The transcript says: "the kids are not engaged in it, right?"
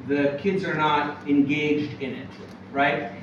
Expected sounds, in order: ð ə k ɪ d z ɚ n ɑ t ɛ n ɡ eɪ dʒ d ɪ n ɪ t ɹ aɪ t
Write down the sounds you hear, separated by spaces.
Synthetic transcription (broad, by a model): ð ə k ɪ d z ɚ n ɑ t ɛ n ɡ eɪ dʒ d ɪ n ɪ t ɹ aɪ t